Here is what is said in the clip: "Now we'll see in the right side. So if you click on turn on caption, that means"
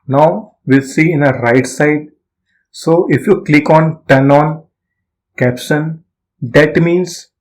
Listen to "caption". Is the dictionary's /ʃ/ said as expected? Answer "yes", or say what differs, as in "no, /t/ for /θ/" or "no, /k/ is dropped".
no, /s/ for /ʃ/